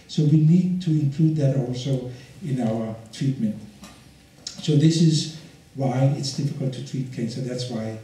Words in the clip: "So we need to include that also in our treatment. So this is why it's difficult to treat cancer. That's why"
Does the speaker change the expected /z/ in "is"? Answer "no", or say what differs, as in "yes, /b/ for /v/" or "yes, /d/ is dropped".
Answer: no